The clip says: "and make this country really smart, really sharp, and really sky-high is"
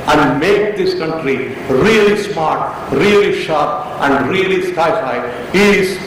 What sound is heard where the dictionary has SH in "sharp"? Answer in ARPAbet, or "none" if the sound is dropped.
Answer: SH